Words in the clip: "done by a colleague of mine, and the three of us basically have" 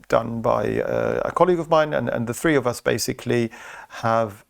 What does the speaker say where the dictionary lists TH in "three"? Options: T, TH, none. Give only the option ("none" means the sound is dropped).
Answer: TH